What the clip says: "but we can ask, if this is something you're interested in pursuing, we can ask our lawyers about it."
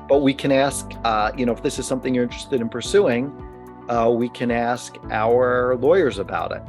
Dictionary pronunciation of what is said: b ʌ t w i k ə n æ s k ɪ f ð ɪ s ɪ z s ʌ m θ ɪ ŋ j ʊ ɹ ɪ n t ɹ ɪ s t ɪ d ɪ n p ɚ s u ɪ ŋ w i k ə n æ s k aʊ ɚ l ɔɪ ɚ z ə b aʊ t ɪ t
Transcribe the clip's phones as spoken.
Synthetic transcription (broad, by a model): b ʌ t w i k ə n æ s k ɪ f ð ɪ s ɪ z s ʌ m θ ɪ ŋ j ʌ ɹ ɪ n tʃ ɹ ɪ s t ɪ d ɪ n p ɚ s u ɪ ŋ w i k ə n æ s k aʊ ɚ l ɔɪ ɚ z ə b aʊ t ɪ t